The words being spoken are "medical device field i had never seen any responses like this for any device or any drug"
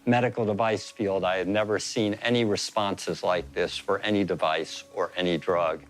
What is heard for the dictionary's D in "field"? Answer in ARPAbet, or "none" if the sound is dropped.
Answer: D